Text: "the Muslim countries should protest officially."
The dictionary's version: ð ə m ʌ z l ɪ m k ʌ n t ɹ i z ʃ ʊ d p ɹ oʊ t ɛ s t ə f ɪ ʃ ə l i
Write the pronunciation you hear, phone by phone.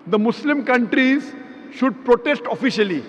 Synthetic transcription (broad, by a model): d ə m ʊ s l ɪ m k ʌ n t ɹ i z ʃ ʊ d p ɹ oʊ t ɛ s t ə f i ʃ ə l i